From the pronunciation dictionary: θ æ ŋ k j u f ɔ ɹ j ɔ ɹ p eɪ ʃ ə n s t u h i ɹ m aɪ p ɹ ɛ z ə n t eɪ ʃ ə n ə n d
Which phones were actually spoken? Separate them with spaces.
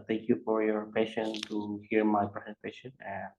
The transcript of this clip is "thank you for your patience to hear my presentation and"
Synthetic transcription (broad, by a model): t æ ŋ k j u f ɔ ɹ j ɔ ɹ p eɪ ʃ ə n t u h i ɹ m aɪ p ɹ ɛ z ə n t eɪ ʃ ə n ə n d